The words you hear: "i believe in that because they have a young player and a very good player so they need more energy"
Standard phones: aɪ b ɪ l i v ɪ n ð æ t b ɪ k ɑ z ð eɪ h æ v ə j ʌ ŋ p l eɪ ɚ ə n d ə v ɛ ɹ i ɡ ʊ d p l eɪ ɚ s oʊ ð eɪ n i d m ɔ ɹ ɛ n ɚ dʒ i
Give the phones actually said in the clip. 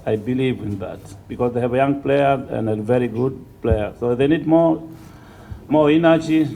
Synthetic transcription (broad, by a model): aɪ b ɪ l i v ɪ n ð æ t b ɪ k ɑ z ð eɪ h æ v ə j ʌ ŋ p l eɪ ɚ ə n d ə v ɛ ɹ i ɡ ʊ d p l eɪ ɚ s oʊ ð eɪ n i d m ɔ ɹ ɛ n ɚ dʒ i